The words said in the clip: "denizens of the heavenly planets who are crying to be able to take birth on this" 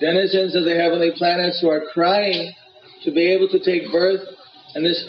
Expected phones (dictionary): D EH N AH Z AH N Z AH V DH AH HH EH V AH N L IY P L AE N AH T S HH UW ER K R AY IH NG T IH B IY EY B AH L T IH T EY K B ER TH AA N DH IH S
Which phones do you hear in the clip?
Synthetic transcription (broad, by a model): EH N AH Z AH N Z AH V DH AH HH EH V AH N L IY P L AE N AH T S HH UW ER K R AY IH NG T IH B IY EY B L T IH T EY K B ER TH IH N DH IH S